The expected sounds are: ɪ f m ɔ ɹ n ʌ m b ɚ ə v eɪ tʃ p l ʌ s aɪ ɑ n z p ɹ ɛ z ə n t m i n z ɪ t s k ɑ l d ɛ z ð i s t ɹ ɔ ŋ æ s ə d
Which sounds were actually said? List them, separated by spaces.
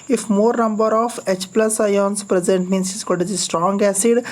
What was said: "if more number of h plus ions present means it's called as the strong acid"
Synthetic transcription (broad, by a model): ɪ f m ɔ ɹ n ʌ m b ɚ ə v eɪ tʃ p l ʌ s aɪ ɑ n s p ɹ ɛ z ə n t m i n s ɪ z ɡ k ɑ d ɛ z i s t ɹ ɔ ŋ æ s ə d